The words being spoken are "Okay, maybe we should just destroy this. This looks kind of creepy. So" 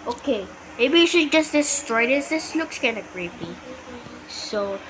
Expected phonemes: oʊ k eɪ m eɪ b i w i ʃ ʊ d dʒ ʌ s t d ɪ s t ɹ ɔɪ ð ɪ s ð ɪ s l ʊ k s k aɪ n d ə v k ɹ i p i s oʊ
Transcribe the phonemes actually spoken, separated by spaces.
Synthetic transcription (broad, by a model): oʊ k eɪ m eɪ b i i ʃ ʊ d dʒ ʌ s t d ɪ s t ɹ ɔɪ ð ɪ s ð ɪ s l ʊ k s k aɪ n ə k ɹ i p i s oʊ